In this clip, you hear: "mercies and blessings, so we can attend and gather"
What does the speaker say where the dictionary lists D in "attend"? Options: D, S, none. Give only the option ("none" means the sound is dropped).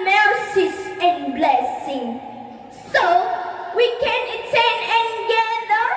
none